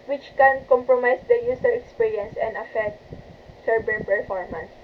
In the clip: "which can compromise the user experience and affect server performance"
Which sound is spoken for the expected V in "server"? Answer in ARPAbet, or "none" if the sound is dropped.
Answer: B